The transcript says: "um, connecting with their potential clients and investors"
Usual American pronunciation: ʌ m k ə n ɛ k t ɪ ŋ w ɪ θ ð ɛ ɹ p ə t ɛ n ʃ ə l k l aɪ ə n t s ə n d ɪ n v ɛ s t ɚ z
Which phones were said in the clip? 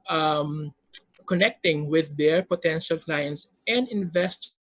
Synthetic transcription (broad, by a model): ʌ m k ə n ɛ k t ɪ ŋ w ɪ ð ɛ ɹ p ə t ɛ n ʃ ə l k l aɪ ə n t s ə n d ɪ n v ɛ s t